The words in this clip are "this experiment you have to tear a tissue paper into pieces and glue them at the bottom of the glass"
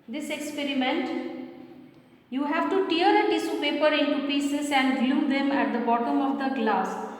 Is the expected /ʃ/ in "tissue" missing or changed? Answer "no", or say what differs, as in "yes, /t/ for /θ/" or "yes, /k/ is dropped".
yes, /s/ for /ʃ/